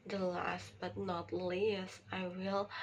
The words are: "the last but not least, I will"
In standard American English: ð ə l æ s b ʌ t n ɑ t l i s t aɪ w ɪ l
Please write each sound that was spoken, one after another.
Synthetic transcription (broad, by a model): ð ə l æ s b ʌ t n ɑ t l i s aɪ w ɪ l